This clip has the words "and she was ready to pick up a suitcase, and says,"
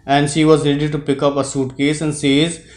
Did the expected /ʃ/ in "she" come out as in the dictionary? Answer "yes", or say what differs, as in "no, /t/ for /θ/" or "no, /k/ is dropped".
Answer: yes